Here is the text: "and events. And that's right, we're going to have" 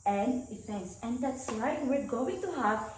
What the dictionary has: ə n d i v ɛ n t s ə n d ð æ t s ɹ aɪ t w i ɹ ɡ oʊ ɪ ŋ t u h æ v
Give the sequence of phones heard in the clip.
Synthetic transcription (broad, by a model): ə n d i f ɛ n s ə n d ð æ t s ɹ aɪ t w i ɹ ɡ oʊ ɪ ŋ t u h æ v